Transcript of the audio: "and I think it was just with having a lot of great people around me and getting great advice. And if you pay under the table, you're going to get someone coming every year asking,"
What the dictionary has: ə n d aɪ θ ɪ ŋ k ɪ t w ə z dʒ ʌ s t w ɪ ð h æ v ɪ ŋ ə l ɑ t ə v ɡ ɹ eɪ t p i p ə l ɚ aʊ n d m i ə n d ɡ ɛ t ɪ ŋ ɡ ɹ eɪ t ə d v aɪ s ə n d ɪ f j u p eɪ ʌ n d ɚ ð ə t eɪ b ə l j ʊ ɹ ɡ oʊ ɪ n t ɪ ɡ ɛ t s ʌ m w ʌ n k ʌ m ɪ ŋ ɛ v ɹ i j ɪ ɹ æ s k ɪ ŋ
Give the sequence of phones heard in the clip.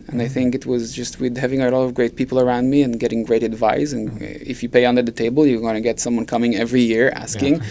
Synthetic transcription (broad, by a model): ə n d aɪ θ ɪ ŋ k ɪ t w ə z dʒ ʌ s t w ɪ ð h æ v ɪ ŋ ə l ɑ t ə v ɡ ɹ eɪ t p i p l ɚ aʊ n d m i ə n ɡ ɛ t ɪ ŋ ɡ ɹ eɪ t ə d v aɪ s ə n ɪ f j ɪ p eɪ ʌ n d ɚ ð ə t eɪ b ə l j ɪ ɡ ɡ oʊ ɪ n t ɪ ɡ ɛ t s ʌ m w ʌ n k ʌ m ɪ ŋ ɛ v ɹ i j ɪ ɹ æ s k ɪ ŋ